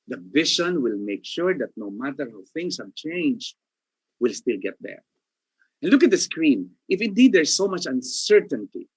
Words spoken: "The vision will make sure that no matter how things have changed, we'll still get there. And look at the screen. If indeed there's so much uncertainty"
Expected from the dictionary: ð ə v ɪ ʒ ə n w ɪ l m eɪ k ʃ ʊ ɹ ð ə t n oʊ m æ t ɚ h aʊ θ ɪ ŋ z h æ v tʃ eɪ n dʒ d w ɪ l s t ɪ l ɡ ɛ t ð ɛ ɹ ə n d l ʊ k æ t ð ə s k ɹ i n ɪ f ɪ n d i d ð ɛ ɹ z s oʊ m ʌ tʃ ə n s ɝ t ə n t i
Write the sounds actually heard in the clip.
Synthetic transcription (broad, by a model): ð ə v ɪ ʃ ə n w ɪ l m eɪ k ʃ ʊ ɹ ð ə t n oʊ m æ t ɚ h aʊ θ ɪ ŋ s h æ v tʃ eɪ n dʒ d w ɪ l s t ɪ l ɡ ɛ t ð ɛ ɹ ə n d l ʊ k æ t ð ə s k ɹ i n ɪ f ɪ n d i d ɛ ɹ s oʊ m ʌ tʃ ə n s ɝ t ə n t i